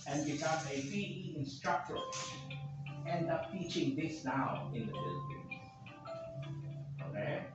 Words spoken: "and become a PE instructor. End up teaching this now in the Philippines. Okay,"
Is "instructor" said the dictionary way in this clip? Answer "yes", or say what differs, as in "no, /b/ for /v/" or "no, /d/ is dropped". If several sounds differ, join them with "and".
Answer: yes